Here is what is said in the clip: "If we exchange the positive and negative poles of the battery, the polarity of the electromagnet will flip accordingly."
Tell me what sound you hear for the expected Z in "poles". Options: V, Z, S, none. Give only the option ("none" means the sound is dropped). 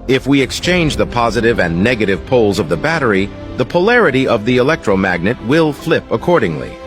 Z